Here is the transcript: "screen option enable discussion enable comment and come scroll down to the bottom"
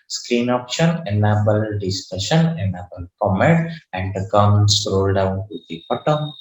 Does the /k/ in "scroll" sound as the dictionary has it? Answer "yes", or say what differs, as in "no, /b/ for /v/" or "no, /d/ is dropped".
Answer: no, /k/ is dropped